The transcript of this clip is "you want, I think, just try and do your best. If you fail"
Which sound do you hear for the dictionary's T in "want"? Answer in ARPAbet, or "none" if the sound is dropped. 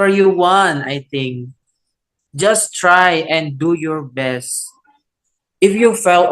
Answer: none